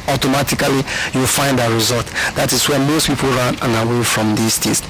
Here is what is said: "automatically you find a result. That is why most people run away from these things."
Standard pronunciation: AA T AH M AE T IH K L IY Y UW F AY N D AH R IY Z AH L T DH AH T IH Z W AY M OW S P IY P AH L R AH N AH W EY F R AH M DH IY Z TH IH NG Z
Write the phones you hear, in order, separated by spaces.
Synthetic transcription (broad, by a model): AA T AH M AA T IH K L IY Y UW F AY N D AH R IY Z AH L T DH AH T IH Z W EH M OW S P IY P AH L R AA N AH W EY F R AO M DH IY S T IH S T